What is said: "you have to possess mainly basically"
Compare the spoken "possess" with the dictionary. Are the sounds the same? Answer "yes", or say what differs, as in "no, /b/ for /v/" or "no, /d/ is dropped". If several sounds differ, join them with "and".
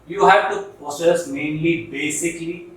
no, /s/ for /z/